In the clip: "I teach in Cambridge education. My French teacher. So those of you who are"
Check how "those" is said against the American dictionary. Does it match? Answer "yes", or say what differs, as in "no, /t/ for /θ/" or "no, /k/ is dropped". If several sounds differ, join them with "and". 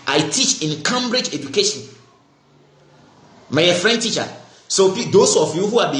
no, /s/ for /z/